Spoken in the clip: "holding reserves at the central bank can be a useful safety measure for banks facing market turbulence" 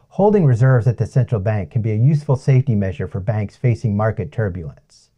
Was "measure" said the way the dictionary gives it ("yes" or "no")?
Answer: yes